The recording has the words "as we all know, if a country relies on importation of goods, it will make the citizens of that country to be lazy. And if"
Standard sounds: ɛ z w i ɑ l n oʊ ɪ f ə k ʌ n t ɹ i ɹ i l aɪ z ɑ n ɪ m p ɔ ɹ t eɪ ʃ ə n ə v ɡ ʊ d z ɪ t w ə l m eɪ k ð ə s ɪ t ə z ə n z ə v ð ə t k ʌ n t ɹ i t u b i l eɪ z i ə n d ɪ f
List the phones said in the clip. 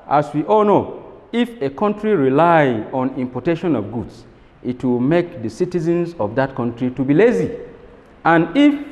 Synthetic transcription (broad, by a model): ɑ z w i ɑ l n oʊ ɪ f ə k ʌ n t ɹ i ɹ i l aɪ ɑ n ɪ m p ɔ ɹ t eɪ ʃ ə n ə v ɡ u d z ɪ t w ə l m eɪ k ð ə s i t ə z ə n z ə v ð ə t k ʌ n t ɹ i t u b i l eɪ z i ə n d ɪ f